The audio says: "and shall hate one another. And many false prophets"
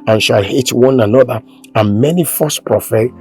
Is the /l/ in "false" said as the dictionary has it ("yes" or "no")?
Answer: no